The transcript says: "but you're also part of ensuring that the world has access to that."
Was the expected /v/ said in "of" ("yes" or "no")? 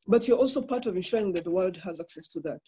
yes